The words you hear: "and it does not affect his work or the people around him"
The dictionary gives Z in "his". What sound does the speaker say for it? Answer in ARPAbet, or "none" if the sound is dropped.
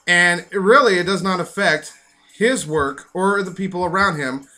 Z